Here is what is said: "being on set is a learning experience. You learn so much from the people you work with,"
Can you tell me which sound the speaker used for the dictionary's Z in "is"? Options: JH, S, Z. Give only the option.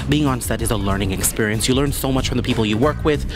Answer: Z